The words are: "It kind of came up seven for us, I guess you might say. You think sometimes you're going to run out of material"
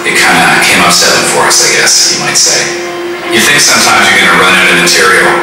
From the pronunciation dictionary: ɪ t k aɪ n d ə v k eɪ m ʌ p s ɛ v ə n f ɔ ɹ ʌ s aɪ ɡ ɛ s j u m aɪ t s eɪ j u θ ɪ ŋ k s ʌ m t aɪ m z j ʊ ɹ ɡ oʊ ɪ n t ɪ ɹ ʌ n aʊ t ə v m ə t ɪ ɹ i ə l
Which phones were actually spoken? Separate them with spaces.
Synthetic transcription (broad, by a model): ɪ t k aɪ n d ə k eɪ m ʌ p s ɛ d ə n f ɔ ɹ ʌ s aɪ ɡ ɛ s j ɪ m aɪ t s eɪ j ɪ θ ɪ ŋ k s ʌ m t aɪ m z j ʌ ɹ ɡ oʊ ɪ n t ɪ ɹ ʌ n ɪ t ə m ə t ɪ ɹ i l